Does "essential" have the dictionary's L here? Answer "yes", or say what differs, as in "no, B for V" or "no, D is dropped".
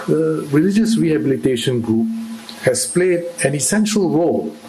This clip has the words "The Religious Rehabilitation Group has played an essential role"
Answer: yes